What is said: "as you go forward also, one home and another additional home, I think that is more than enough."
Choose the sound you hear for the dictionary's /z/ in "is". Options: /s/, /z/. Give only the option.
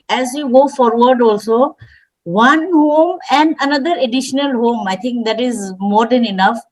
/z/